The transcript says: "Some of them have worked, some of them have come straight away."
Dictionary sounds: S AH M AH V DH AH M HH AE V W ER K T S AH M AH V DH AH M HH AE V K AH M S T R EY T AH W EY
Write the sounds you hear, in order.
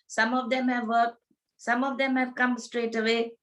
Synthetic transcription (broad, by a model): S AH M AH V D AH M HH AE V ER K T S AH M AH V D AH M HH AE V K AH M S T R EY T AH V EY